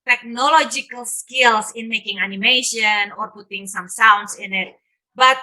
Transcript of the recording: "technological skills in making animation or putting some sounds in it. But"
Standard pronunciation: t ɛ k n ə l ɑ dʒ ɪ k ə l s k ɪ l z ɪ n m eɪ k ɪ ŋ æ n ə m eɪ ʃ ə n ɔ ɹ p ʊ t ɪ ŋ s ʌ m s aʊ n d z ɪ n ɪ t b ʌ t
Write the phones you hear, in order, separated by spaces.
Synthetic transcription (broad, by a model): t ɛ k n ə l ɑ dʒ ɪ k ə l s k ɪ l s ɪ n m eɪ k ɪ ŋ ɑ n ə m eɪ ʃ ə n ɔ ɹ p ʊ t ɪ ŋ s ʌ m s aʊ n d s ɪ n ɪ t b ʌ t